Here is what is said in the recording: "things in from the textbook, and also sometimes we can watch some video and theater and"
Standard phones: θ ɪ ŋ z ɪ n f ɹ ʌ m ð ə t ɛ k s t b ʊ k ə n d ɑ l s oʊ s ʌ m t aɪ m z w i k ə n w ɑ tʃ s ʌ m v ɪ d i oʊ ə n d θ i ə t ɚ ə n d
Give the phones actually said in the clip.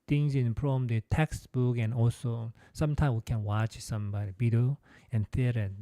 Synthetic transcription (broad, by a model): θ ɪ ŋ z ɪ n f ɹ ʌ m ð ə t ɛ k s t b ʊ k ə n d ɑ l s oʊ s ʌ m t aɪ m w i k ə n w ɑ tʃ s ʌ m b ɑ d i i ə n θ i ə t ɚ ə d